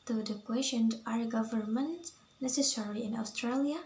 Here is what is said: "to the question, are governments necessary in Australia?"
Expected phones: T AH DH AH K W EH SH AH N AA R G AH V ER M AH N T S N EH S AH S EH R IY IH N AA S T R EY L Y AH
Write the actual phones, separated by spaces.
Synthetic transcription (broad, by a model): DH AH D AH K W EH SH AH N AA R G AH V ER M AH N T N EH S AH S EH R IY IH N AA S T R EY L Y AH